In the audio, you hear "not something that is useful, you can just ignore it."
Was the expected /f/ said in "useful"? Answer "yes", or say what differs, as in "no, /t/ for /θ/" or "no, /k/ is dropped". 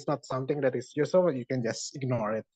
no, /f/ is dropped